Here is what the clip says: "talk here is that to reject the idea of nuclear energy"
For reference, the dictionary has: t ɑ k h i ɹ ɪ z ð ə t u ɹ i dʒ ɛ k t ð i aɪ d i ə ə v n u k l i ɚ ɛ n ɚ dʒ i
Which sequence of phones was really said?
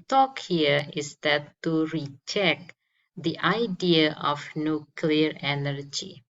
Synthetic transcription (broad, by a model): t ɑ k h i ɹ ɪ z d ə t u ɹ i tʃ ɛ k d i aɪ d i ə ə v n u k l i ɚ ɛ n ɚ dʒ i